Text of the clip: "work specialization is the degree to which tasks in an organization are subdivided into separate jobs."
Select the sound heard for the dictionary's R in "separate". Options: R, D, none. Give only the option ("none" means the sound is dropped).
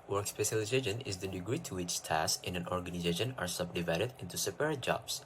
none